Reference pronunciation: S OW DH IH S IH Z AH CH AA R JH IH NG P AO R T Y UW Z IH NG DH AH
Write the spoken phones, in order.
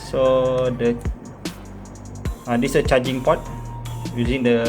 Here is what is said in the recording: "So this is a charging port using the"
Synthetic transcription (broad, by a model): S OW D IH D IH S AH CH AA JH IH NG P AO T Y UW Z IH NG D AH